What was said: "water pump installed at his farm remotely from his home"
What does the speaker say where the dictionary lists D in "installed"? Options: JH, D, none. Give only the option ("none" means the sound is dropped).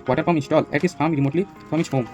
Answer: none